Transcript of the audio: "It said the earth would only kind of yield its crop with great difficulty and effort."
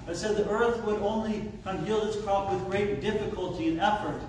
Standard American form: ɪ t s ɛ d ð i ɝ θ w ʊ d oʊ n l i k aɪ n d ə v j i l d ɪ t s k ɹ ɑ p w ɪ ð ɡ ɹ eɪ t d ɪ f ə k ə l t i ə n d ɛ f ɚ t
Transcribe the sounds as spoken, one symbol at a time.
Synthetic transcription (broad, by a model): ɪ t s ɛ d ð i ɝ θ w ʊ d oʊ n l i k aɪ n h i l ɪ t s k ɹ ɑ p w ɪ ð ɡ ɹ eɪ t d ɪ f ə k ə l t i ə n ɛ f ɚ t